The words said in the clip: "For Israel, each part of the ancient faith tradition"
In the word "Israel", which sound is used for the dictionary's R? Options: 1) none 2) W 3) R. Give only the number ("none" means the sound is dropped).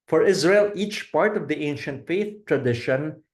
3